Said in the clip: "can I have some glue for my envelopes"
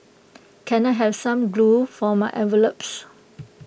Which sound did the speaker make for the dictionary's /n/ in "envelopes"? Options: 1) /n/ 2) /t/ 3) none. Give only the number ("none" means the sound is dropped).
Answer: 3